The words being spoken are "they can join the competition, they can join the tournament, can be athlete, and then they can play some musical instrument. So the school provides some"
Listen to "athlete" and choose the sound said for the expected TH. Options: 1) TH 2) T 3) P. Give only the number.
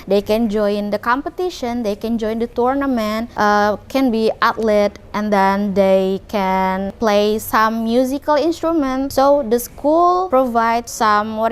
2